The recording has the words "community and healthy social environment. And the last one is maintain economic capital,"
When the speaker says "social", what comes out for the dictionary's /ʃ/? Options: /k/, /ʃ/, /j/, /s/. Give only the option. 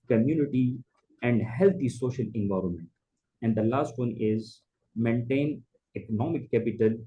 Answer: /ʃ/